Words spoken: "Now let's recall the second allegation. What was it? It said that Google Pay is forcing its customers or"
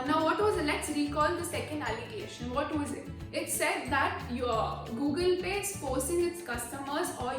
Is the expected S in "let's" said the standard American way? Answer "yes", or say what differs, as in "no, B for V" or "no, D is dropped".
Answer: yes